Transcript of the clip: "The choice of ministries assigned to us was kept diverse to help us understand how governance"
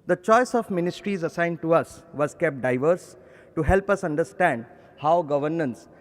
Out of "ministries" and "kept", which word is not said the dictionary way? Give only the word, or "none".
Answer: none